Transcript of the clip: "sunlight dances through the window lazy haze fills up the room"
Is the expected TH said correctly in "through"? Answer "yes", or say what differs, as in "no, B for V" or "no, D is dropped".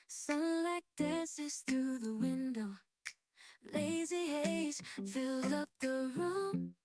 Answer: yes